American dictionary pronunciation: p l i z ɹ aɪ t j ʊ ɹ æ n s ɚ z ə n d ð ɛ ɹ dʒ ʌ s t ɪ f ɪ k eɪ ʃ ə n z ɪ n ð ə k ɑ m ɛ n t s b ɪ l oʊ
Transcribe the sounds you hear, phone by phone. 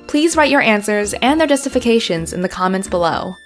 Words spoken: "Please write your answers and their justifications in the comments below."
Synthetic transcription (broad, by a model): p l i z ɹ aɪ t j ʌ ɹ æ n s ɚ z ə n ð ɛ ɹ dʒ ʌ s t ɪ f ɪ k eɪ ʃ ə n z ɪ n ð ə k ɑ m ɛ n t s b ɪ l oʊ